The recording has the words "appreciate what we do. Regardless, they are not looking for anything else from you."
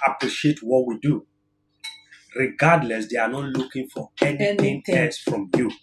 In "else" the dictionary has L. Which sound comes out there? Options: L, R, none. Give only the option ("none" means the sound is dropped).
none